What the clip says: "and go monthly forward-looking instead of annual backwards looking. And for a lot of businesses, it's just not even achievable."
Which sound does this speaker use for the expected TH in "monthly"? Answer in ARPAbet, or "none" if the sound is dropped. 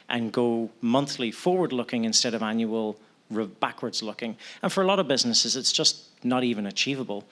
TH